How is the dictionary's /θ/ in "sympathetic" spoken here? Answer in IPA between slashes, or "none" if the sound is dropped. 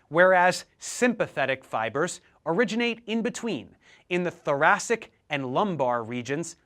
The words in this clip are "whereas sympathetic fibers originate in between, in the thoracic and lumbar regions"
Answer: /θ/